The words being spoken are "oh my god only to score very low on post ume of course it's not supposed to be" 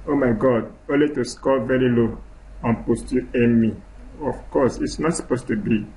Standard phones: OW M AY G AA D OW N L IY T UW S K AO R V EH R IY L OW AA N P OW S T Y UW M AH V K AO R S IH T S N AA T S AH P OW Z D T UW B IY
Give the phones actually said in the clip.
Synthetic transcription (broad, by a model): OW M AY G AA D OW N L IY T UW S K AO L V EH R IY L OW AA N P OW S T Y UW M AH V K AO S IH T S N AA T S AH P OW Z T UW B IY